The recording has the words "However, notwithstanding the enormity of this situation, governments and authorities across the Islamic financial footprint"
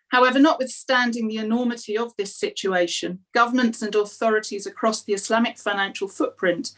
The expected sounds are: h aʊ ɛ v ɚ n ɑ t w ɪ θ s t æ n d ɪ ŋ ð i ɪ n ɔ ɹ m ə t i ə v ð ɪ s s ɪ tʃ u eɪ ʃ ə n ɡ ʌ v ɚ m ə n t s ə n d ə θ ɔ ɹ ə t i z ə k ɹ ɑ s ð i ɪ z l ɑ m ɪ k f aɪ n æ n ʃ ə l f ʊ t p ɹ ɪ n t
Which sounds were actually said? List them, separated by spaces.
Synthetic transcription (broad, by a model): h aʊ ɛ v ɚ n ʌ t w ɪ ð s t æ n d ɪ ŋ ð i ɪ n ɔ ɹ m ə t i ə v ð ɪ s s ɪ tʃ u eɪ ʃ ə n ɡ ʌ v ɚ m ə n t s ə n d ə θ ɔ ɹ ə t i z ə k ɹ ɑ s ð i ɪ s l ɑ m ɪ k f aɪ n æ n ʃ ə l f ʊ t p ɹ ɪ n t